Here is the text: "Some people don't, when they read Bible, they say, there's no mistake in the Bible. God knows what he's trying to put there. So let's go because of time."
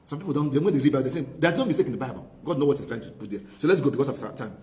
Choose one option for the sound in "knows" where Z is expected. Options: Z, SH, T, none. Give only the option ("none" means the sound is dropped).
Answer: none